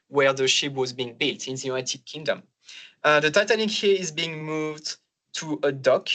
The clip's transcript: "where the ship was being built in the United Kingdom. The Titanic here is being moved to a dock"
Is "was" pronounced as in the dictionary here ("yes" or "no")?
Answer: yes